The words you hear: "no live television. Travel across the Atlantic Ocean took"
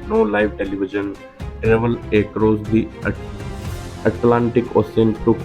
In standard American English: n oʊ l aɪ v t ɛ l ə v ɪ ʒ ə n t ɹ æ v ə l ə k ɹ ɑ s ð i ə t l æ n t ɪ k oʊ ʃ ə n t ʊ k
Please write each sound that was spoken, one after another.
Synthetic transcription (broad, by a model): n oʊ l aɪ v t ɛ l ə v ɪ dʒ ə n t ɹ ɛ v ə l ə k ɹ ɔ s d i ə t l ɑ n t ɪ k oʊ s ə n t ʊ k